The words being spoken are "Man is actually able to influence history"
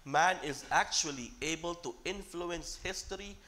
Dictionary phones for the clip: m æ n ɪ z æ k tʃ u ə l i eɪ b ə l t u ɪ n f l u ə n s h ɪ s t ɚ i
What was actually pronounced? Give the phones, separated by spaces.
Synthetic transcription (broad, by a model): m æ n ɪ z æ k tʃ u ə l i eɪ b ə l t u ɪ n f l u ə n s h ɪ s t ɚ i